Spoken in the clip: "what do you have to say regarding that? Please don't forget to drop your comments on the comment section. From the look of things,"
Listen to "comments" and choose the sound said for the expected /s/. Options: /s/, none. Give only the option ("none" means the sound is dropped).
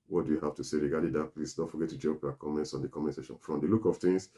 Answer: /s/